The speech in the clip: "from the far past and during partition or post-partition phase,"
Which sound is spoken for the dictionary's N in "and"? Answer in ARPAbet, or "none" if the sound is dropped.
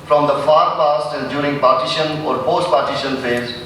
L